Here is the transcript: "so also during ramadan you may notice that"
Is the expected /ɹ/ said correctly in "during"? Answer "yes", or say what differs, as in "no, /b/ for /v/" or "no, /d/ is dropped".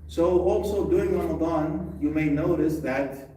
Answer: no, /ɹ/ is dropped